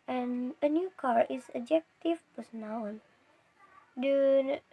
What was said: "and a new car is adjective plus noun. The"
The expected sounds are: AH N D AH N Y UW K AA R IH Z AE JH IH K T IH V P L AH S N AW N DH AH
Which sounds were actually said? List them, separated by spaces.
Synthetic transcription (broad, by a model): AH N AH N Y UW K AA R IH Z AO JH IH K T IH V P AH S N AW N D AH